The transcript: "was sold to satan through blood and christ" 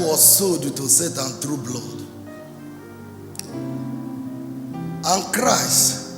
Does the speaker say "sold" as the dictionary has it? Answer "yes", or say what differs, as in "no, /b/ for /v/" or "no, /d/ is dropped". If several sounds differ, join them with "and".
no, /l/ is dropped